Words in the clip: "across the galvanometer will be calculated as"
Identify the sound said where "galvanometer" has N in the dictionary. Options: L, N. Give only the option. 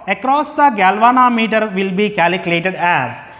N